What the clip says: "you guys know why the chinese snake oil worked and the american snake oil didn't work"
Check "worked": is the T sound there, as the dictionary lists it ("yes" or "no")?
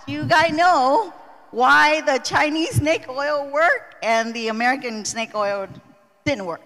no